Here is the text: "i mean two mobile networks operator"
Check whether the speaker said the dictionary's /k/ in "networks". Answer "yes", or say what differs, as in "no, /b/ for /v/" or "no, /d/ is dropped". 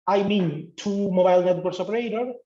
no, /k/ is dropped